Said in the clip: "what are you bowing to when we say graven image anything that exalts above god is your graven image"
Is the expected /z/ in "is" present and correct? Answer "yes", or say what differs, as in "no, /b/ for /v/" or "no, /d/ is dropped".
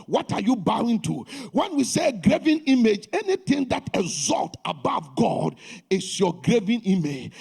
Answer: no, /s/ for /z/